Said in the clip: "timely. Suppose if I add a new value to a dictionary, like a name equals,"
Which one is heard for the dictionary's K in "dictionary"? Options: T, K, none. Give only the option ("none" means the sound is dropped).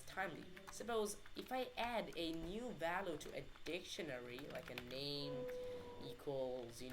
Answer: K